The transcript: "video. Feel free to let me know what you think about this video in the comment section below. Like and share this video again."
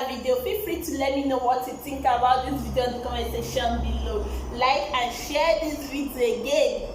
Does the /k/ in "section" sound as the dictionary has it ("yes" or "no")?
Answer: no